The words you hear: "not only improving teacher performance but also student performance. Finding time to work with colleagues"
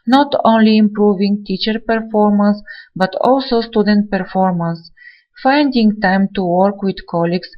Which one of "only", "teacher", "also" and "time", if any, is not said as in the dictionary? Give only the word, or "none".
none